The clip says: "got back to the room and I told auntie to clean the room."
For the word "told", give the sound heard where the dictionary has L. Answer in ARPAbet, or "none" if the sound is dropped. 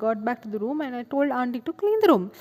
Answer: L